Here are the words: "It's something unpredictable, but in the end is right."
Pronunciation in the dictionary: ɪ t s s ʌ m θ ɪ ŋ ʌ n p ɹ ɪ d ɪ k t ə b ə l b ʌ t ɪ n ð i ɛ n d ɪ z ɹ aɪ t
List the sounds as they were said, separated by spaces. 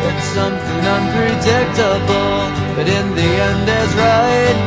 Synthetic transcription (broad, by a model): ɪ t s s ʌ m θ ɪ ŋ ʌ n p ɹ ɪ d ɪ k t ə b l b ʌ t ɪ n ð i ɛ n d ɪ z ɹ aɪ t